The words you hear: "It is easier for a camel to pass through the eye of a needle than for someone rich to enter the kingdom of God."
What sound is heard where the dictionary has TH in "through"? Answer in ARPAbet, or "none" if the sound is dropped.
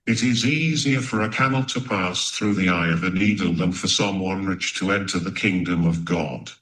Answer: TH